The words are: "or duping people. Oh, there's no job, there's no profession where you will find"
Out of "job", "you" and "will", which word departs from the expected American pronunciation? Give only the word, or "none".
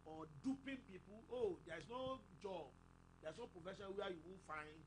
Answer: will